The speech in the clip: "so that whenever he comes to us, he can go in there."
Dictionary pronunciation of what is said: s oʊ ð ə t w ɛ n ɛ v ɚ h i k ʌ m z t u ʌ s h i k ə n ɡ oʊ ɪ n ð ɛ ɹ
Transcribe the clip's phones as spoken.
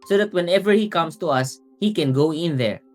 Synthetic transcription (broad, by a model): s oʊ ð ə t w ɛ n ɛ v ɚ h i k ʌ m s t u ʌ s h i k ə n ɡ oʊ ɪ n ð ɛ ɹ